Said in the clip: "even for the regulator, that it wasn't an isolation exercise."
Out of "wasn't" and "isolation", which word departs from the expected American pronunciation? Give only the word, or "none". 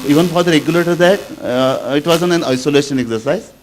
wasn't